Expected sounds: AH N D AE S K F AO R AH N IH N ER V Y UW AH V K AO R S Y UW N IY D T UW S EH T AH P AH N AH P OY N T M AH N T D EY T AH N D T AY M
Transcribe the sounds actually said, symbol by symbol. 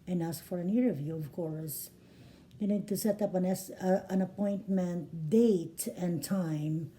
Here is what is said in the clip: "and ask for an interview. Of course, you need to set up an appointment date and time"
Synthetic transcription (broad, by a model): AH N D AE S F AO R AH N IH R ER V Y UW AH V K AO R S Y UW N IY D T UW S EH T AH P AH N AH P OY N T M AH N T D EY T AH N T AY M